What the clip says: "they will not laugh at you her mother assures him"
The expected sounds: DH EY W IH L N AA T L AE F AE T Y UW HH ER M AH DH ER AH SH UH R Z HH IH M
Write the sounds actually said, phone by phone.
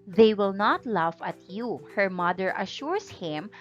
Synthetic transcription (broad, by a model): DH EY W IH L N AA T L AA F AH T Y UW HH ER M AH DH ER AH SH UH R S HH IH M